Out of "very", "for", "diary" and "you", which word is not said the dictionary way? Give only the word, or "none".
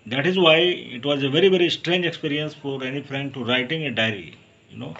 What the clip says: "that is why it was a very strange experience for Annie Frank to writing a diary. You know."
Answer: none